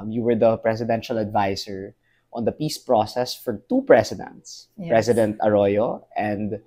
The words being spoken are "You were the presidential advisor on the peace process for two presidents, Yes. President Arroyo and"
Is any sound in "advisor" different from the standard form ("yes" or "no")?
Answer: yes